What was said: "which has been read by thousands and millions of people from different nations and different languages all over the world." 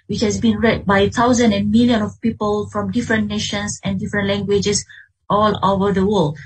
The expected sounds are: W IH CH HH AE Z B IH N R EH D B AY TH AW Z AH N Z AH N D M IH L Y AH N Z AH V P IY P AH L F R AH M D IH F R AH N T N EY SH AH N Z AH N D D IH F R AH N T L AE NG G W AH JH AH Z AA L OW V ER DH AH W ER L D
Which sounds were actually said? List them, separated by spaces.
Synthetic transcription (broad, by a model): W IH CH HH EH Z B IH N R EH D B AY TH AW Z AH N AH N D M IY L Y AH N AH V P IY P AH L F R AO M D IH F R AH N N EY SH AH N S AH N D D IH F R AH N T L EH NG G W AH JH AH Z AA L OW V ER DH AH W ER L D